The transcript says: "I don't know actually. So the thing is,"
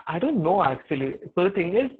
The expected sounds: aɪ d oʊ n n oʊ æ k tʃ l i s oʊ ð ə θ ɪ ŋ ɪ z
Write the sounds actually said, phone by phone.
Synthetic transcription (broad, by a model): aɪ d oʊ n n oʊ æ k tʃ i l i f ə t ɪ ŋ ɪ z